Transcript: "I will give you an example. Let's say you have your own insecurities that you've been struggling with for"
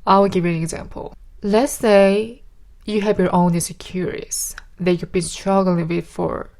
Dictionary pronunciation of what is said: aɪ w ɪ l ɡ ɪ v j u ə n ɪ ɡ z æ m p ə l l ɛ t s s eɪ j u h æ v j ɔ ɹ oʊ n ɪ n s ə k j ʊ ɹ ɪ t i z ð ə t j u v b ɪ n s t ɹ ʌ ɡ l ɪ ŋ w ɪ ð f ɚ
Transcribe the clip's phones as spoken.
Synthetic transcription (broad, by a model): aɪ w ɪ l ɡ ɪ v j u ə n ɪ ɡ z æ m p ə l l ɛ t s s eɪ j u h æ v j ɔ ɹ oʊ n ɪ s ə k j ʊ ɹ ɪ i s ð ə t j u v b ɪ n s t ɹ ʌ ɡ l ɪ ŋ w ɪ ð f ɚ